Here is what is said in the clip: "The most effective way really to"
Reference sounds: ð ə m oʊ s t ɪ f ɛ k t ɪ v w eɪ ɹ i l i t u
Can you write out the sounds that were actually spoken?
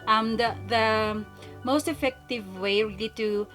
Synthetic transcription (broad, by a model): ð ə m oʊ s t ɪ f ɛ k t ɪ v w eɪ ɹ i l i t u